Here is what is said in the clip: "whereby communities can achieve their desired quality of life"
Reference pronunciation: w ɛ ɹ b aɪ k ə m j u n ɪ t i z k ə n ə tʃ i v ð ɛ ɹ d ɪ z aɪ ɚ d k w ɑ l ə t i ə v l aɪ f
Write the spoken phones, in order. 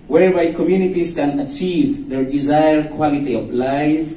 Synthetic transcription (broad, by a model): w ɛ ɹ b aɪ k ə m j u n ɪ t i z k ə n ə tʃ i v ð ɛ ɹ d ɪ z aɪ ɚ d k w ɑ l ə t i ə v l aɪ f